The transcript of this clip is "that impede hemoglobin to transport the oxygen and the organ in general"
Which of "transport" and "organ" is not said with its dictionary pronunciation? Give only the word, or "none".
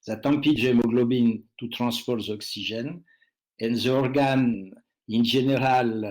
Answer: transport